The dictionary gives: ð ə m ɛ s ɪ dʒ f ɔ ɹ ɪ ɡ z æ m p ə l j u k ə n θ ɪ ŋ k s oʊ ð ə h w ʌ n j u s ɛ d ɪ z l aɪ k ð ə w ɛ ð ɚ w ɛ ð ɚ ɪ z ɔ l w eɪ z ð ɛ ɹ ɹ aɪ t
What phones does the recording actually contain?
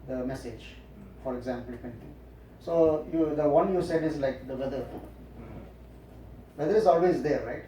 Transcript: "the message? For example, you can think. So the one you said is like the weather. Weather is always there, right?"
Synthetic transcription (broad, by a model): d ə m ɛ s ɪ dʒ f ɔ ɹ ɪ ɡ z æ m p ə l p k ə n t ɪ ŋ s oʊ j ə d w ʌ n j u s ɛ d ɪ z l aɪ k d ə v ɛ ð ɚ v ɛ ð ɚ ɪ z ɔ l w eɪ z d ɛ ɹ ɹ aɪ t